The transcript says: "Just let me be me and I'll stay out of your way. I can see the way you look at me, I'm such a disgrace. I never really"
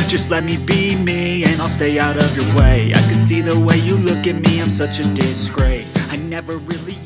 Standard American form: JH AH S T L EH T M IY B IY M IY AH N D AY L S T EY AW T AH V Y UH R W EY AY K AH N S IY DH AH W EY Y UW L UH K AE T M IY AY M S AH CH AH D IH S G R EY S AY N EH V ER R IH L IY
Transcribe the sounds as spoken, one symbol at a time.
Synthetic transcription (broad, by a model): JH AH S T L EH T M IY B IY M IY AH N AY L S T EY AW T AH V Y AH R W EY AY K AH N S IY DH AH W EY Y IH L UH K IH T M IY AY M S AH CH AH D IH S G R EY S AY N EH V ER R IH L IY